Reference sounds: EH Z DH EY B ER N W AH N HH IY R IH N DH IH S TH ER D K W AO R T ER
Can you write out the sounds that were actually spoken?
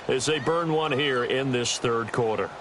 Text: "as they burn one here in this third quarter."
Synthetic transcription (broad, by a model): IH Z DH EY B ER N W AH N HH IY R IH N DH IH S TH ER D K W AO R T ER